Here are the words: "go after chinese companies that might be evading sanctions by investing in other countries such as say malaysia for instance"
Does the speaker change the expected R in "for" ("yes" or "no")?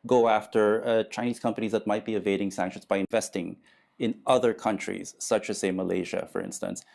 no